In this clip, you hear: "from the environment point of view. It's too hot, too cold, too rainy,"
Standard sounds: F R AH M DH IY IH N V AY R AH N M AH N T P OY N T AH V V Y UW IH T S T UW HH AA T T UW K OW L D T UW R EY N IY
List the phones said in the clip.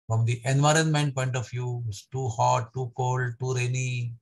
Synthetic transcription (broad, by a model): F R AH M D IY IH N V AY R AH N M AH N T P OY N T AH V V Y UW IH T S T UW HH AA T T UW K OW L D T UW R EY N IY